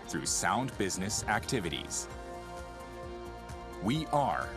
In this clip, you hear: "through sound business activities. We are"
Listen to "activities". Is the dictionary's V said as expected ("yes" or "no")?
yes